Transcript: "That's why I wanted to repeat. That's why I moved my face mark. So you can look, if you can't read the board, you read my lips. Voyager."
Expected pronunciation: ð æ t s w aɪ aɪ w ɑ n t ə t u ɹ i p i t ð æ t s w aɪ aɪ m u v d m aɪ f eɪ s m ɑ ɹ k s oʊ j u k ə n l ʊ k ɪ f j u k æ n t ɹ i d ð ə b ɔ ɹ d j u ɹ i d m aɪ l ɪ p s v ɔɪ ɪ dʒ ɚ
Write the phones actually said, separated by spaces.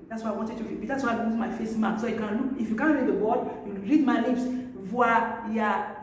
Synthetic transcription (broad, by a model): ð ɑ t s w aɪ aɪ w ɑ n t ə t u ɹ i b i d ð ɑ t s w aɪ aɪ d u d m aɪ f eɪ s m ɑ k s oʊ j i k ə n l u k ɪ f j u k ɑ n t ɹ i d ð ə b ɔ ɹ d j u ɹ i d m aɪ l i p s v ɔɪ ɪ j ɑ